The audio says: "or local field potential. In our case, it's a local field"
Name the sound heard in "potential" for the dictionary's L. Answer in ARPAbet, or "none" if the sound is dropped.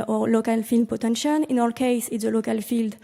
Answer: N